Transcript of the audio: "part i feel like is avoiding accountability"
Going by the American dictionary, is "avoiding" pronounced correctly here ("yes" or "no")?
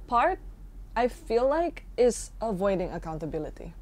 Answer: yes